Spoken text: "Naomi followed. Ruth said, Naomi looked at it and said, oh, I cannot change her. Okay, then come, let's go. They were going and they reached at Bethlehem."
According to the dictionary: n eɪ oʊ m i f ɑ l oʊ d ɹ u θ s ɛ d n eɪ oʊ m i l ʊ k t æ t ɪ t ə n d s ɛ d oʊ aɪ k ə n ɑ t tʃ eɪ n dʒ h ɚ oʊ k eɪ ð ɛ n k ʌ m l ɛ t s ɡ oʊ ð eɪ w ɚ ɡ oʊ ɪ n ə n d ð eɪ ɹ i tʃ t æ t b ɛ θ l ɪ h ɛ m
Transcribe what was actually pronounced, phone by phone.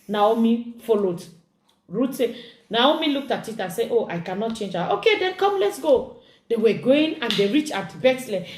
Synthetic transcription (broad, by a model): n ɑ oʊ m i f ɑ l oʊ d ɹ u t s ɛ n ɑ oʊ m i l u k t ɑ t ɪ t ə n s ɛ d oʊ aɪ k ə n ɑ t tʃ eɪ n dʒ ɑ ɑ oʊ k eɪ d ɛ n k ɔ m l ɛ t s ɡ oʊ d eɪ w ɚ ɡ oʊ ɪ n ə n d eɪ ɹ i tʃ ɑ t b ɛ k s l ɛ